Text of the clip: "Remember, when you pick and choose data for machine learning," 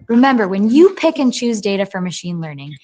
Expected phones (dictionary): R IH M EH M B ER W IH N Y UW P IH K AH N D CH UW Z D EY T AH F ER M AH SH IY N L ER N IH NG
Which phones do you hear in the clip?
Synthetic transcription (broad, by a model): R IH M EH M B ER W IH N Y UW P IH K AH N CH UW Z D EY T AH F ER M AH SH IY N L ER N IH NG